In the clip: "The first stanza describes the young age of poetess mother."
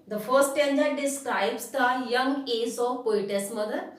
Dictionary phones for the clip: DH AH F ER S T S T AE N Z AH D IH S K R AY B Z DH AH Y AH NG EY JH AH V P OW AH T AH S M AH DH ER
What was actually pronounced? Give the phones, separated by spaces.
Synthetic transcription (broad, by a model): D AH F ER T S T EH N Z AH D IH S K R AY B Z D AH Y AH NG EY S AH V P OW AH T AH S M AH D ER